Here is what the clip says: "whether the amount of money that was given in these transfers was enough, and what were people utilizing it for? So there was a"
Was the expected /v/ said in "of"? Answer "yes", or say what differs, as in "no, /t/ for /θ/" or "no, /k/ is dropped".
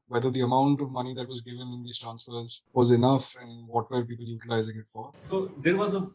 yes